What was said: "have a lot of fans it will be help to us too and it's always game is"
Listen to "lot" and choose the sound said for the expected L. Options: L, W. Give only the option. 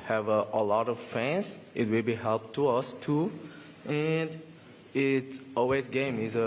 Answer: L